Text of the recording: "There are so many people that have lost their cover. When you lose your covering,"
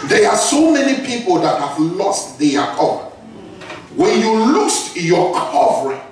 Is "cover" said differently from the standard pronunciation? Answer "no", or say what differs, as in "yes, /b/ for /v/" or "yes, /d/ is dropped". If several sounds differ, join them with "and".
yes, /p/ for /v/